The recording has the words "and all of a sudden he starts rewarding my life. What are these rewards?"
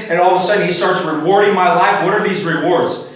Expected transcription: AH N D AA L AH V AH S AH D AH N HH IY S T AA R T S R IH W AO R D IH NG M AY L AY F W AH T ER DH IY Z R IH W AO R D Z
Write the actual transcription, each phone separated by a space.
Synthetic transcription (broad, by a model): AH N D AA L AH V AH S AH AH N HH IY S T AA R T S R IH W AO R D IH NG M AY L AY F W AH T ER DH IY Z R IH W AO R D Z